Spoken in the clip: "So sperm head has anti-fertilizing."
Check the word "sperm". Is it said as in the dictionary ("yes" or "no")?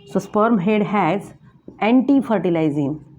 yes